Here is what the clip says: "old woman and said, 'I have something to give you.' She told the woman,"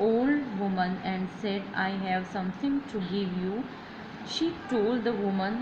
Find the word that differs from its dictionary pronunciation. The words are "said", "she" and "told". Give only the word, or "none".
none